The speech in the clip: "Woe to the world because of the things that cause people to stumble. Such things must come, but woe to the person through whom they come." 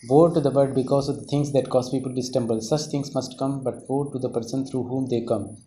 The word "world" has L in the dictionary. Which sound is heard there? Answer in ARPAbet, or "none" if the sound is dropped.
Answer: none